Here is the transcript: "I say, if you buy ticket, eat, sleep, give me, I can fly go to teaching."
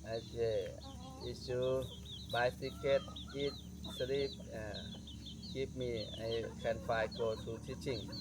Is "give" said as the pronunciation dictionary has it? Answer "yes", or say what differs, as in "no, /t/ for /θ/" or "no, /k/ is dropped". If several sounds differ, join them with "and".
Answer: no, /p/ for /v/